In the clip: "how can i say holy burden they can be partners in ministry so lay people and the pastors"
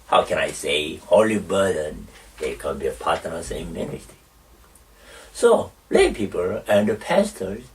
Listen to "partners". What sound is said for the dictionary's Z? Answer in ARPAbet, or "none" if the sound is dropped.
S